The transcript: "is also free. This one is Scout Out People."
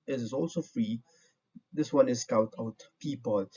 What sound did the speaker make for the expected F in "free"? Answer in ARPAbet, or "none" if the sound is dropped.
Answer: F